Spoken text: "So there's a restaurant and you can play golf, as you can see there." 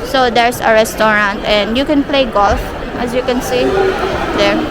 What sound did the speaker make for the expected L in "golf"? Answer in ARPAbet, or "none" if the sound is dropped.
L